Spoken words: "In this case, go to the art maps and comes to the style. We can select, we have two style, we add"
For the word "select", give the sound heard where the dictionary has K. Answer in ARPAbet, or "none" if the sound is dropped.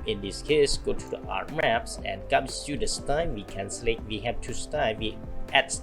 none